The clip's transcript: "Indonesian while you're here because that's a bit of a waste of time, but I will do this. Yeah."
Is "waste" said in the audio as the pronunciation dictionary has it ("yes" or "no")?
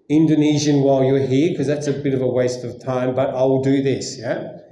yes